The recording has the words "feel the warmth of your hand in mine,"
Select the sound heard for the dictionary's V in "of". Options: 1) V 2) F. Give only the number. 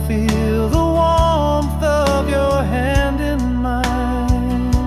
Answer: 1